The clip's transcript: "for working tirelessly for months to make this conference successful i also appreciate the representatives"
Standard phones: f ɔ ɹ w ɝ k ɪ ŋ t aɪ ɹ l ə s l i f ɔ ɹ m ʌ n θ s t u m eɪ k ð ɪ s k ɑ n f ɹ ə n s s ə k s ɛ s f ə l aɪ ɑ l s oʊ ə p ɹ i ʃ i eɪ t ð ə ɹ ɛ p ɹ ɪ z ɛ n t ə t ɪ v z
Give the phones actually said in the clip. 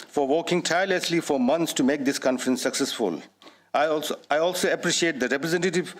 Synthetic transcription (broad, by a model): f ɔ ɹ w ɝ k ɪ ŋ t aɪ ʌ l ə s l i f ɔ ɹ m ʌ n t s t u m eɪ k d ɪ s k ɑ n f ɹ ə n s s ə k s ɛ s f ə l aɪ ɑ l s oʊ ə p ɹ i ʃ i eɪ t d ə ɹ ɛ p ɹ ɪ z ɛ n t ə t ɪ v